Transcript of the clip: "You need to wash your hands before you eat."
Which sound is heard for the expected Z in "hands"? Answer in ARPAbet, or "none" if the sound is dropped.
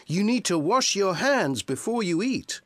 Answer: Z